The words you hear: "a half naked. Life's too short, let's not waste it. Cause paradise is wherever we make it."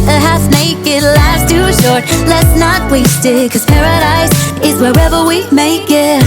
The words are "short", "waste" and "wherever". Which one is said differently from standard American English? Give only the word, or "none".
none